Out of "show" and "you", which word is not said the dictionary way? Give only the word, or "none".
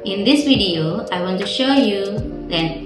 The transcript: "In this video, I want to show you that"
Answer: none